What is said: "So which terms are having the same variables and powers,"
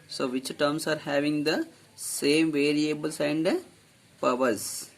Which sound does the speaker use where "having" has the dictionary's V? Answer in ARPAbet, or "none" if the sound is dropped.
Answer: V